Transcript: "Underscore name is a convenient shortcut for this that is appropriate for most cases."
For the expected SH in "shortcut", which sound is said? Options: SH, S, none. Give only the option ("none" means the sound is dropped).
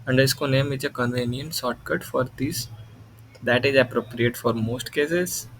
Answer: S